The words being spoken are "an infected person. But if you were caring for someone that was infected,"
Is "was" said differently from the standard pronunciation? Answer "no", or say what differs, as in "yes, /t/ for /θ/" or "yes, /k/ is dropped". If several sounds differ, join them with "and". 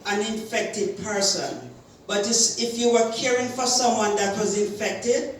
no